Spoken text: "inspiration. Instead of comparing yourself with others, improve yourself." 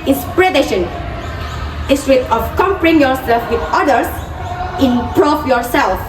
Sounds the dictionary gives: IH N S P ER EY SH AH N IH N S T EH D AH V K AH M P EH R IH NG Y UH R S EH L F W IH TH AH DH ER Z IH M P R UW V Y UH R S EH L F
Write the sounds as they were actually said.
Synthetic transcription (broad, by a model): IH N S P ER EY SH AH N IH S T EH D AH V K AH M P R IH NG Y UH R S EH L F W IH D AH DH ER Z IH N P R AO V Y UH R S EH L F